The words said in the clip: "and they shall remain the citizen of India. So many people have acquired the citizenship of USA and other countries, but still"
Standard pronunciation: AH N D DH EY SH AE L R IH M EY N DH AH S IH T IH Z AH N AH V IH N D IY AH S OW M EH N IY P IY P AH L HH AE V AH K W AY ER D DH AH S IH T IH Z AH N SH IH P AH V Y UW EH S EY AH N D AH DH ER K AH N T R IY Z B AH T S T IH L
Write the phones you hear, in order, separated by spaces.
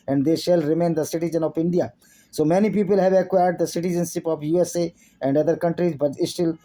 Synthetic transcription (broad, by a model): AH N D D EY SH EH L R IH M EY N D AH S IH T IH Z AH N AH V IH N D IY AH S OW M EH N IY P IY P AH L HH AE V AH K W AY ER D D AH S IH T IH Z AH N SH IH P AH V Y UW EH S EY AH N D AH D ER K AH N T R IY Z B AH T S T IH L